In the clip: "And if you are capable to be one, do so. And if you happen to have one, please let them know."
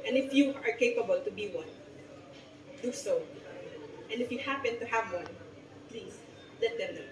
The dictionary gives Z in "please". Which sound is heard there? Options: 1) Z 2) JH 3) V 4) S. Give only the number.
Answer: 4